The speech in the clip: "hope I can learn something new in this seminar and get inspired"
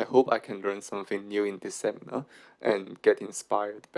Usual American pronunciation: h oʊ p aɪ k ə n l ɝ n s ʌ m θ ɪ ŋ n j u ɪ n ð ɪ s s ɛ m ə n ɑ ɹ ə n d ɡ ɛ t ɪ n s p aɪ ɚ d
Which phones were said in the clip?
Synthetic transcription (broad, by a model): h oʊ p aɪ k ə n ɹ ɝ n s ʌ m f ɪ ŋ n j u ɪ n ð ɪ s s ɛ m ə n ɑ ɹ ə n ɡ ɛ t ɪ n s p aɪ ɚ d